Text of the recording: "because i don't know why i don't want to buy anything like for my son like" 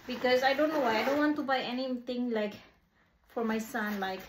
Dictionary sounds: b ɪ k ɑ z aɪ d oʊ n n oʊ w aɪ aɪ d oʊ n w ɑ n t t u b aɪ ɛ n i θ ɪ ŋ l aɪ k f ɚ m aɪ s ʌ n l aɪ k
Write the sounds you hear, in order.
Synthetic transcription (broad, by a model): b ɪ k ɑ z aɪ d oʊ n n oʊ w aɪ aɪ d oʊ n w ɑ n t t u b aɪ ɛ n i t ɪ ŋ l aɪ k f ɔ m aɪ s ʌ n l aɪ k